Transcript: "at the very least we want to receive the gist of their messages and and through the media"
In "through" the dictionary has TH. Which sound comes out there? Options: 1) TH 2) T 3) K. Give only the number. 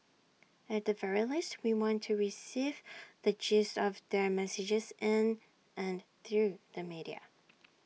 1